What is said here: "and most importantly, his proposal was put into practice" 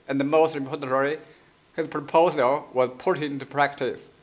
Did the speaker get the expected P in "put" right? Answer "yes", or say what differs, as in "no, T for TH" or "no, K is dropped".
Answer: yes